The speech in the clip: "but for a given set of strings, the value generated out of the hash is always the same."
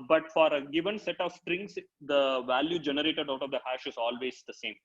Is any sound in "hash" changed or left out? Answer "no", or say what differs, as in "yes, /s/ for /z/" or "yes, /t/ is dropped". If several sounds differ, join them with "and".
no